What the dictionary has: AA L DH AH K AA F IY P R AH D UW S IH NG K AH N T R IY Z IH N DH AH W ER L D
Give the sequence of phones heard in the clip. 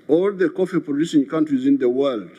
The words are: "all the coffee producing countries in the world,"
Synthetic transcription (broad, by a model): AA L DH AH K AA F IY P AH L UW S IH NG K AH N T R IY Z IH N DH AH W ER L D